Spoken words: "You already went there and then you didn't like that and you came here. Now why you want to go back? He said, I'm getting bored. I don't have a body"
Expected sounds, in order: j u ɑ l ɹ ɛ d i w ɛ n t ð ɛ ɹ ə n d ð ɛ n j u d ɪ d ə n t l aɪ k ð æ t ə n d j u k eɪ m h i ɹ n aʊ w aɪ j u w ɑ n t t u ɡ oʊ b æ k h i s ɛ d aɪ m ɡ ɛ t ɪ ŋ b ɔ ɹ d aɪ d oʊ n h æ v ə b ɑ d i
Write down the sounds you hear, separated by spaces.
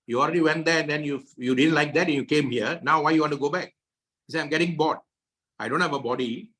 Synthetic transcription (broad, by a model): j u ɑ l ɹ ɛ d i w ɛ n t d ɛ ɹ ə n d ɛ n j u d ɪ d ə n t l aɪ k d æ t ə n j u k eɪ m h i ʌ n aʊ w aɪ j u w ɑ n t t u ɡ oʊ b æ k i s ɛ aɪ m ɡ ɛ t ɪ ŋ b ɔ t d aɪ d oʊ n h æ v ə b ɑ d i